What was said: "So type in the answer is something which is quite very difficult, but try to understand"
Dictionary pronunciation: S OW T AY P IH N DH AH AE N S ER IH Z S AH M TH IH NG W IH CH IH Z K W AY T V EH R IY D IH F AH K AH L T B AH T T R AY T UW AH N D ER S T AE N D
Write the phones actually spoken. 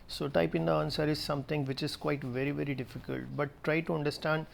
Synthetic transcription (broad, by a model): S OW T AY P IH N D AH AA N S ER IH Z S AH M T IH NG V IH CH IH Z K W AY T V EH R IY D IH F AH K AH L T B AH T T R AY T UW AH N D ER S T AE N D